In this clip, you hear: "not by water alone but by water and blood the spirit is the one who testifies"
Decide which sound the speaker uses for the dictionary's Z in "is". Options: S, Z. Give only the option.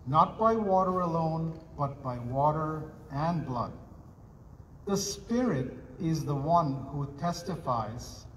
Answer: Z